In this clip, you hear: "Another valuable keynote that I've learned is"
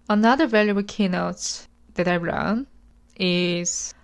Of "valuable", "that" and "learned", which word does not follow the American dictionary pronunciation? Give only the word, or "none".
learned